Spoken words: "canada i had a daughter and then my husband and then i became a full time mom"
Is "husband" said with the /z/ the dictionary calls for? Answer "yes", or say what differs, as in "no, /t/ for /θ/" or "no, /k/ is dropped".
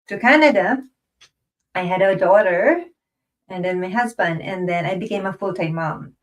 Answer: yes